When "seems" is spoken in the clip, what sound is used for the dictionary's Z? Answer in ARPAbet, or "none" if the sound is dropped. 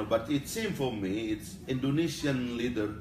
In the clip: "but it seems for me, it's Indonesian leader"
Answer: none